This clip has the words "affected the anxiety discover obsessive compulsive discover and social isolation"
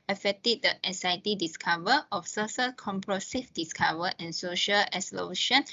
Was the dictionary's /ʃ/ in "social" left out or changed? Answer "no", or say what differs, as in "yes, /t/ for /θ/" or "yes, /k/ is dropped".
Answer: no